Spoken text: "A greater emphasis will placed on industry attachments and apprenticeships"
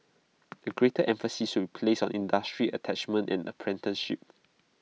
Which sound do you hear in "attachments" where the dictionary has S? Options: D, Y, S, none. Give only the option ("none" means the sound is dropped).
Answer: none